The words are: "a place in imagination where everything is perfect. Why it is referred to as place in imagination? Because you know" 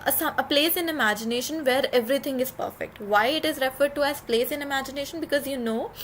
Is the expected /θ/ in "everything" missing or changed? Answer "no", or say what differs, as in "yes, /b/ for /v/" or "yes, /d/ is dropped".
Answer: yes, /t/ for /θ/